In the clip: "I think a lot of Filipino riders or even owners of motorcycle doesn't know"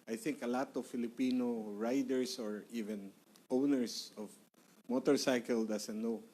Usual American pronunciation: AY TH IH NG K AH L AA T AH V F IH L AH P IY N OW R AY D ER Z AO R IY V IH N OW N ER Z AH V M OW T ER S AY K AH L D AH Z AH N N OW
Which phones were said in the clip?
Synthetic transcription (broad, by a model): AY TH IH NG K AH L AA T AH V F IH L AH P IY N OW R AY D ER S AO R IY V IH N OW N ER S AH V M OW T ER S AY K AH L D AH S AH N N OW